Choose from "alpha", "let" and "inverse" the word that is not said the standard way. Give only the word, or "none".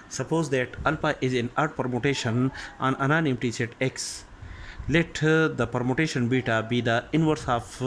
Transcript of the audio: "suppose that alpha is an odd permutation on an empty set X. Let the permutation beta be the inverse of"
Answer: alpha